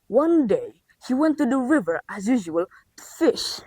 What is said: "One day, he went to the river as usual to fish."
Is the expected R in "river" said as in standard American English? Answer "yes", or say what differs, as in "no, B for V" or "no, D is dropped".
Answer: yes